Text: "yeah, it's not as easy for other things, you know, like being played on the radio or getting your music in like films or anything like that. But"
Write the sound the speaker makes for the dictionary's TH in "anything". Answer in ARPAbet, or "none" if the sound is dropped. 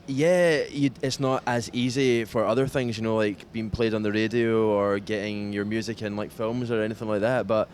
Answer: TH